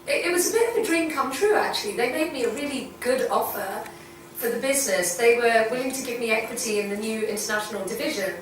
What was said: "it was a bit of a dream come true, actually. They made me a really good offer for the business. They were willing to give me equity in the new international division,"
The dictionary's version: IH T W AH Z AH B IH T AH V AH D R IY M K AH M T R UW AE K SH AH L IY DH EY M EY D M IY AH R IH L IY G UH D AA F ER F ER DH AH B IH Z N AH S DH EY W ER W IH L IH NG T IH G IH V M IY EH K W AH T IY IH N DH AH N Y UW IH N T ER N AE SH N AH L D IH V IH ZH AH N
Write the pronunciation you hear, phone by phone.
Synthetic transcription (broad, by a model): IH T W AH Z AH B IH T AH V AH D R IY M K AH M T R UW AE K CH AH L IY DH EY M EY D M IY AH R IH L IY G UH D AA F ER F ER DH AH B IH Z N AH S DH EY W ER W IH L IH NG T IH G IH V M IY EH K W AH T IY IH N DH AH N Y UW IH N T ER N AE SH N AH L D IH V IH ZH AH N